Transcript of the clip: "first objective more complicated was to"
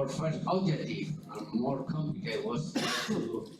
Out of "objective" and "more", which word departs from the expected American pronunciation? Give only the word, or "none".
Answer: objective